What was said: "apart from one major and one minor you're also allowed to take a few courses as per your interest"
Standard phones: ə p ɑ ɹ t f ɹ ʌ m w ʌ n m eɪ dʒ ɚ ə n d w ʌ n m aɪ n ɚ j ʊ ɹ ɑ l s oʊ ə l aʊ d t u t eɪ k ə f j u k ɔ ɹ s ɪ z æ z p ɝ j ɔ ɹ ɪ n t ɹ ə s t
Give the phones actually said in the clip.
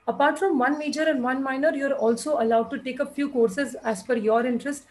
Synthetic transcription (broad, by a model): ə p ɑ ɹ t f ɹ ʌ m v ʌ n m eɪ dʒ ɚ ə n d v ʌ n m aɪ n ɚ j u ɹ ɑ l s oʊ ə l aʊ d t u t eɪ k ə f j u k ɔ ɹ s ɪ z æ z f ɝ j ɔ ɹ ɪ n t ɹ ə s t